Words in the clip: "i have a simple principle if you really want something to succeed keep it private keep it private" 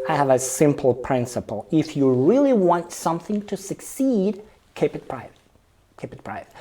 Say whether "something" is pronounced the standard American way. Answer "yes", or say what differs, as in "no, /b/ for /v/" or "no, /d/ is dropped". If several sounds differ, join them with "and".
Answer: yes